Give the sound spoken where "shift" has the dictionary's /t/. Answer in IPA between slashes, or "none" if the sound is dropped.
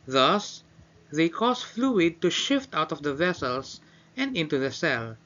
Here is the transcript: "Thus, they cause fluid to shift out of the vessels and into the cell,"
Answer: /t/